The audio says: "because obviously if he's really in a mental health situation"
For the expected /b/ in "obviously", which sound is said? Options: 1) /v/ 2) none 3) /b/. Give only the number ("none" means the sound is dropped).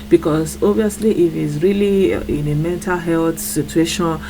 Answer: 2